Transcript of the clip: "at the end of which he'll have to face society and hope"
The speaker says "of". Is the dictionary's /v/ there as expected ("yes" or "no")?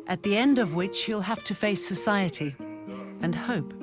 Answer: yes